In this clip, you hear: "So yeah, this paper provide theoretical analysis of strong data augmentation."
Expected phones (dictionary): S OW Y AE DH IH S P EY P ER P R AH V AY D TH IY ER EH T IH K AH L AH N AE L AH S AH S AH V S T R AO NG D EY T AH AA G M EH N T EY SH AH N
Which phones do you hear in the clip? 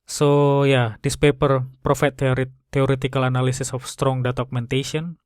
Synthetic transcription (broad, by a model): S OW Y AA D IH S P EY P ER P R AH F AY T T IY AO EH T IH K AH L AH N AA L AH S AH S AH F S T R AO NG D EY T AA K M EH N T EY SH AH N